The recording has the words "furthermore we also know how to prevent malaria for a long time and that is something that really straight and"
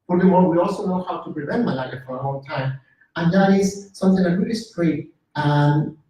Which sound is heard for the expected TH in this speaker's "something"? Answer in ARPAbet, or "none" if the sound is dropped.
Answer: TH